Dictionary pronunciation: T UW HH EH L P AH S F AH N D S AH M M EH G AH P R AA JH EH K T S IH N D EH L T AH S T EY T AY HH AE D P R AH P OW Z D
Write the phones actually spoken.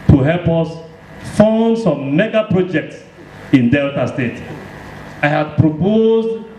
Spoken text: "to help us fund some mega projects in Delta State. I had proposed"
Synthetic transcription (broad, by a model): T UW HH EH L P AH S F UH N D S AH M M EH G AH P R AA JH EH K T S IH N D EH L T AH S T EY T AY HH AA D P R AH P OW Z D